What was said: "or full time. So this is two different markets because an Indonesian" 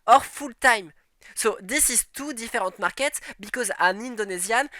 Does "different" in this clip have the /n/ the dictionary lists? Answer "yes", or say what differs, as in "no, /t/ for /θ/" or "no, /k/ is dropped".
no, /n/ is dropped